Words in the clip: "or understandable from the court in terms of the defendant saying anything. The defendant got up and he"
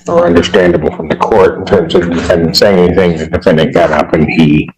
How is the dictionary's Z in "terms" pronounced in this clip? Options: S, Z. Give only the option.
Z